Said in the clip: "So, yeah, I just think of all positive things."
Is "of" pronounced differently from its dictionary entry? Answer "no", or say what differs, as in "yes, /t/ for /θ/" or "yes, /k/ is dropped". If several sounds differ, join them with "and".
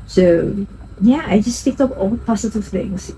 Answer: yes, /p/ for /v/